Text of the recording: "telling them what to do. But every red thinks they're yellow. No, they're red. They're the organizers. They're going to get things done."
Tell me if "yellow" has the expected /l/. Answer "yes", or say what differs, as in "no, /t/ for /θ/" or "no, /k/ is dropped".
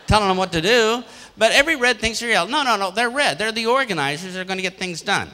no, /n/ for /l/